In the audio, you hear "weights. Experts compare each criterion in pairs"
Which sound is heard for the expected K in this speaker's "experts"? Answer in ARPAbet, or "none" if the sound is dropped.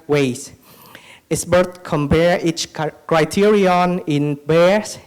none